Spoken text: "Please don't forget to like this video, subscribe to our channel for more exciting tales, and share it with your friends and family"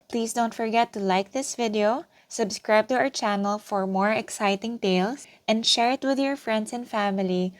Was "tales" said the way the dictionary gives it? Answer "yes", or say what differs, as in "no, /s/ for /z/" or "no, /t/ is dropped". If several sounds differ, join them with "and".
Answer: no, /s/ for /z/